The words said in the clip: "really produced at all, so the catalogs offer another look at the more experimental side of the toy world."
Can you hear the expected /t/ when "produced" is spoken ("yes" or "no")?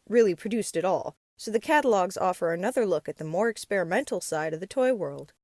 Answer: yes